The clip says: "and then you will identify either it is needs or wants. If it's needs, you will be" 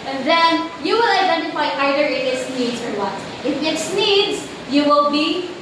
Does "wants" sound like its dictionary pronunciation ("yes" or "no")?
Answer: no